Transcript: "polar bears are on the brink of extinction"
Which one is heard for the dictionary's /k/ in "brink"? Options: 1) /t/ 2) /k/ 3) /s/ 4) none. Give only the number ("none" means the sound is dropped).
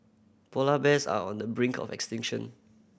2